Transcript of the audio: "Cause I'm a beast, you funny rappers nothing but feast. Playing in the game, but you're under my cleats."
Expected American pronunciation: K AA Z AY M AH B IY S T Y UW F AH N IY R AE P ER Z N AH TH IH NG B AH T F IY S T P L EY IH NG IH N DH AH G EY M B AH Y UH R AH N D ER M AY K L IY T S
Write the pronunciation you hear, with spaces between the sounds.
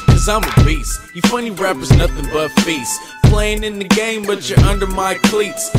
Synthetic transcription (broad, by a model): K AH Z AY M AH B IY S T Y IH F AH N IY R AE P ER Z N AH TH IH NG B AH T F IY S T P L EY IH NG IH N DH AH G EY M B AH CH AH R AH N D ER M AY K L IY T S